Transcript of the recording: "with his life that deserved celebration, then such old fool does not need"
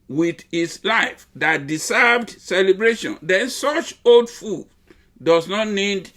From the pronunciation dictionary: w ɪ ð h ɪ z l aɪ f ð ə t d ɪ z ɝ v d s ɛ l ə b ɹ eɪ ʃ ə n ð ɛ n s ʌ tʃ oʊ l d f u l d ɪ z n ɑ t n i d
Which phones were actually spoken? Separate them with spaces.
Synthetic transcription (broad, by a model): w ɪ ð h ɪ s l aɪ f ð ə t d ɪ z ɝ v d s ɛ l ə b ɹ eɪ ʃ ə n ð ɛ n s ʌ tʃ oʊ l d f u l d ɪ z n ɑ t n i d